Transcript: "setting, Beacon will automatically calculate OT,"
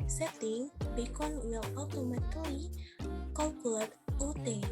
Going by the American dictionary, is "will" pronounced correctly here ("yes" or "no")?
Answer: no